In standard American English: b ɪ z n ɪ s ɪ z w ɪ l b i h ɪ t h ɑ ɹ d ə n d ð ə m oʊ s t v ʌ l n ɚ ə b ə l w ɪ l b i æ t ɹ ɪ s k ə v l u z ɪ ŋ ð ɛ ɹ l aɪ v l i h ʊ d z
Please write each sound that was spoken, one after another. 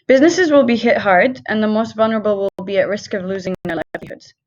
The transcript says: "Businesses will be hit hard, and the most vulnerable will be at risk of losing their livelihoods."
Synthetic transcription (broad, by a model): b ɪ z n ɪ s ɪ z w ɪ l b i h ɪ t h ɑ ɹ d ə n ð ə m oʊ s t v ʌ l n ɚ ə b ə l w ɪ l b i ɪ t ɹ ɪ s k ə v l u z ɪ ŋ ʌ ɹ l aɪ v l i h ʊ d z